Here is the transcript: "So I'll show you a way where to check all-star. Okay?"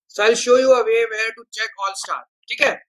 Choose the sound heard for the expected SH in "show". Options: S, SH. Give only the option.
SH